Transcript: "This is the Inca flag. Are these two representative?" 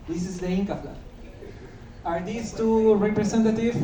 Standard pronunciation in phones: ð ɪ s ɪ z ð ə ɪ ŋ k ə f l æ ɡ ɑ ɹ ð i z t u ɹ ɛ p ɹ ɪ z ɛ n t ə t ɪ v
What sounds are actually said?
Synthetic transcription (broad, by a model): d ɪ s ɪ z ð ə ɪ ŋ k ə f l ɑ ɑ ɹ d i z t u ɹ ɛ p ɹ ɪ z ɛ n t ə t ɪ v